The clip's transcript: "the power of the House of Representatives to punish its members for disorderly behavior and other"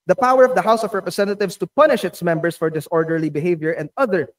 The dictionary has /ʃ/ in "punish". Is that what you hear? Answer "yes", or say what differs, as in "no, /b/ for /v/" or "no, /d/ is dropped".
yes